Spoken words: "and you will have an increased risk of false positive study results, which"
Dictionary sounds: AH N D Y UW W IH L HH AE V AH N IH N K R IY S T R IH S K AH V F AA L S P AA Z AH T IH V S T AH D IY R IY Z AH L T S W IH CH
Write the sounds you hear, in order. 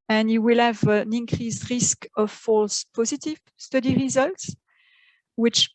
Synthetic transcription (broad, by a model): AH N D Y UW W IH L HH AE V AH N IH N K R IY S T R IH S K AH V F AA L S P AA Z AH T IH V S T AH D IY R IY Z AH L T S W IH CH